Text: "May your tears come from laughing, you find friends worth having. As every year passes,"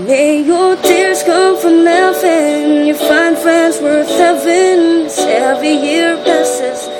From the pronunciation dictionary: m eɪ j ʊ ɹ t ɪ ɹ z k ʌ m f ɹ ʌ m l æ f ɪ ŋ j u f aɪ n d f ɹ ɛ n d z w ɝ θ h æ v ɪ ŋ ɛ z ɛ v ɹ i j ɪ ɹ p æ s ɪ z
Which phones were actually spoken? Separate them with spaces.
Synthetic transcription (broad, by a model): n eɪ j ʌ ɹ t ɪ ɹ z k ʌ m f ɹ ʌ m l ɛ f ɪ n j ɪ f aɪ n d f ɹ ɛ n d z w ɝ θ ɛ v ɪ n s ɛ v i j ɪ ɹ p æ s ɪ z